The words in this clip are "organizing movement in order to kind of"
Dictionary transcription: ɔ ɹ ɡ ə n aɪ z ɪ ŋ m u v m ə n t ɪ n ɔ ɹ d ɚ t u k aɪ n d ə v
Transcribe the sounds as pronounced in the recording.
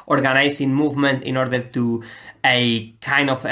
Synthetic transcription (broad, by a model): ɔ ɹ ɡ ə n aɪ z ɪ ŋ m u v m ə n t ɪ n ɔ ɹ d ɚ t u k aɪ n d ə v